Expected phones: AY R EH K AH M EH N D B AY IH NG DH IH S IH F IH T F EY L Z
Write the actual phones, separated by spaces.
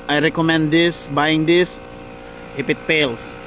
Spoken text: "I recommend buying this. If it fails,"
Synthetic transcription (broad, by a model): AY R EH K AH M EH N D B AY IH NG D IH S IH P IH T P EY L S